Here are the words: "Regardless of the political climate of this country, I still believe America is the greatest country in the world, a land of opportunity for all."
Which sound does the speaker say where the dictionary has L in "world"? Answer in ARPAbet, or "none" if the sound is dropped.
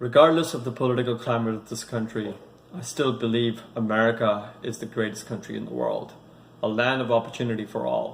L